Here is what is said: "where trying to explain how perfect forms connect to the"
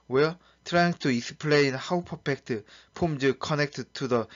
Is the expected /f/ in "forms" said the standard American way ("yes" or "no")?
no